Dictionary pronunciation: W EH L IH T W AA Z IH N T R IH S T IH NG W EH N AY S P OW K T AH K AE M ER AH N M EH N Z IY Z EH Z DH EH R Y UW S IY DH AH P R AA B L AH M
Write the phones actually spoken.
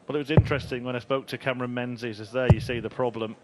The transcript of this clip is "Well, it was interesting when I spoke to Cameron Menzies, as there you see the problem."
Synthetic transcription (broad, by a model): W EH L IH T W AA Z IH N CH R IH S T IH NG W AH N AY S P OW K T AH K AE M ER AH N M EH N Z IY Z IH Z DH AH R Y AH S IY DH AH P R AA B L AH M